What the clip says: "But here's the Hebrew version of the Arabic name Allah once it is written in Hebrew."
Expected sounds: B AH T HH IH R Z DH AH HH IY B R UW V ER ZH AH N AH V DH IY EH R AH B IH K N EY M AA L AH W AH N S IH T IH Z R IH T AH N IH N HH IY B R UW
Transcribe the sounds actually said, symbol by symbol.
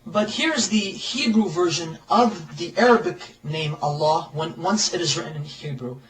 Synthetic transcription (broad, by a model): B AH T HH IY R Z DH AH HH IY B R UW V ER ZH AH N AH V DH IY EH R AH B IH K N EY M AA W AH W AH N S IH T IH Z R IH T N IH N HH IY B R UW